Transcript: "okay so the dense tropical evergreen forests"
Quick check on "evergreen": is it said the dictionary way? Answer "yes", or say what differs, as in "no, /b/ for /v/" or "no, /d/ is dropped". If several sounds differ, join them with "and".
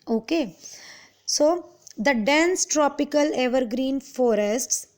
yes